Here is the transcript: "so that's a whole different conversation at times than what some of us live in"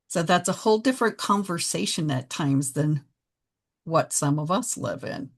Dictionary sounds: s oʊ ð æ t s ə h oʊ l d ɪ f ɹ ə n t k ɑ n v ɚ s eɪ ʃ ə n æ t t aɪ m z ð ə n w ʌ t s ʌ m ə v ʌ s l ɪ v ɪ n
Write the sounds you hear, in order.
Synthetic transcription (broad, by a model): s oʊ ð æ t s ə h oʊ l d ɪ f ɹ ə n k ɑ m v ɚ s eɪ ʃ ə n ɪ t t aɪ m z ð ə n w ʌ t s ʌ m ə v ʌ s l ɪ v ɪ n